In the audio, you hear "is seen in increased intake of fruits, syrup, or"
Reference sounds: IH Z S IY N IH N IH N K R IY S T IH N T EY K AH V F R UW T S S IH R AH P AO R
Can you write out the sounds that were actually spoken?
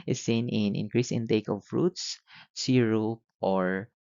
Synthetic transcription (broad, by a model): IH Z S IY N IH N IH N K R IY S IH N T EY K AH V F R UW T S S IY R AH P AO R